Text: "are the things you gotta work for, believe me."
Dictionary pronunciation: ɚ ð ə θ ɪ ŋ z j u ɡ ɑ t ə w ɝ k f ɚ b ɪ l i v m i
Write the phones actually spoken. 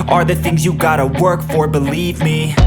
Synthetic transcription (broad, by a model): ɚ ð ə θ ɪ ŋ z j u ɡ ɑ t ə w ɝ k f ɚ b ɪ l i v m i